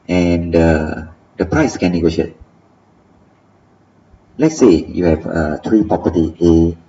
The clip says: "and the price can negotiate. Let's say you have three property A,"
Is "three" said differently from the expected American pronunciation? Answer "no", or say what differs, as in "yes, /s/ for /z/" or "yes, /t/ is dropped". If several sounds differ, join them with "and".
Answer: yes, /t/ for /θ/